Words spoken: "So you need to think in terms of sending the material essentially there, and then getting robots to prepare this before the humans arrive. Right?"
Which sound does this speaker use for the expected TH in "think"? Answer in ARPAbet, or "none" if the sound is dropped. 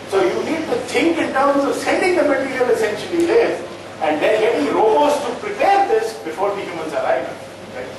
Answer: T